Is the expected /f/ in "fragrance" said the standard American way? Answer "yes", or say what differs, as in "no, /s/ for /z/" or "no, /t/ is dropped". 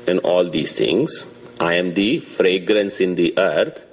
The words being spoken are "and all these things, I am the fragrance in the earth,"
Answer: yes